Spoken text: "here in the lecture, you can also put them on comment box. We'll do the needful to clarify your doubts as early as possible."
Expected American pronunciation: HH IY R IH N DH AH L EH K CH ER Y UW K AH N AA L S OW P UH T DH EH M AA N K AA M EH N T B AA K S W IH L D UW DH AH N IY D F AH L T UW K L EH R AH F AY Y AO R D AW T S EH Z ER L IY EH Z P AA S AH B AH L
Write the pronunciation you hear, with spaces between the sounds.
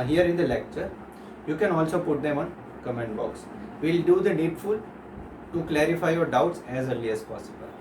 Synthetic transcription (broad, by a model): HH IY R IH N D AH L EH K CH ER Y UW K AH N AA L S OW P UH T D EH M AA N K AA M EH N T B AA K S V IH L D UW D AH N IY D F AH L T UW K L EH R AH F AY Y AO R D AW T S EH Z ER L IY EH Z P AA S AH B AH L